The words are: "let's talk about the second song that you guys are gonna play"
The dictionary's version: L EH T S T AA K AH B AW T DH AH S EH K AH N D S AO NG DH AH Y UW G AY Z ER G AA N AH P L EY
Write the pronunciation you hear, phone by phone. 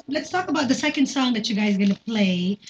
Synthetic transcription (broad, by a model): L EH T S T AA K AH B AW T DH AH S EH K AH N D S AO NG DH AH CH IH G AY Z G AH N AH P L EY